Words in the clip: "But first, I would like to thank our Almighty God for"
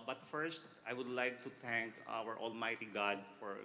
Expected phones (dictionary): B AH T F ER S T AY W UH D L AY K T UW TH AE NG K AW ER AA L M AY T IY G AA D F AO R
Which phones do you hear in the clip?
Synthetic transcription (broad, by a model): B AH T F ER S T AY W UH D L AY K T UW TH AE NG K AW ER AA L M AY T IY G AA D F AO R